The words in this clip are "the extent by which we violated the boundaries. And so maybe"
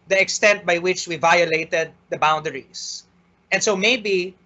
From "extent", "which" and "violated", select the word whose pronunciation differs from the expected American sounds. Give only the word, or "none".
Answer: none